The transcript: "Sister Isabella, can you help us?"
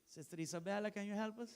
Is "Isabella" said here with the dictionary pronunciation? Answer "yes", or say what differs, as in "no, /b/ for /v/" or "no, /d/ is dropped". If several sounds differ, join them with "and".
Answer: no, /s/ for /z/